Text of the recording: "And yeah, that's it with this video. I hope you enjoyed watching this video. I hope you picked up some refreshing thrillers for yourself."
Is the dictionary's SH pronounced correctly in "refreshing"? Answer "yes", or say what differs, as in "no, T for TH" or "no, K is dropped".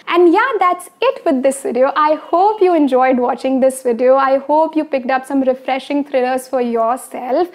yes